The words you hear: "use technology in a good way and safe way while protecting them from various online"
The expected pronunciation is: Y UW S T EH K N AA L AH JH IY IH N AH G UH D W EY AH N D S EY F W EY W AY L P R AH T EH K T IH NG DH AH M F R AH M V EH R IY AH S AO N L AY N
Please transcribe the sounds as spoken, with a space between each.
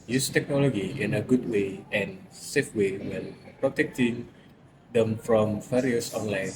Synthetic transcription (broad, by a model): Y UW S T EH K N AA L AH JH IY IH N AH G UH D W EY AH N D S EY F W EY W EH N P R AH T EH K T IH NG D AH M F R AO M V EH R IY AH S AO N L AY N